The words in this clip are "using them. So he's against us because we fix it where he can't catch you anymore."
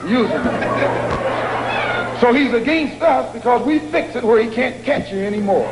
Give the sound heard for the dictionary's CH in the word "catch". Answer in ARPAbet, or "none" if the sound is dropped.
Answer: CH